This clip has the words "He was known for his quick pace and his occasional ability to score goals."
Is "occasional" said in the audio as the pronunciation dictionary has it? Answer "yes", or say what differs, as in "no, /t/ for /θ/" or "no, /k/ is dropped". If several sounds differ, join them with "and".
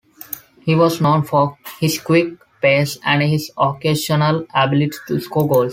no, /ʃ/ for /ʒ/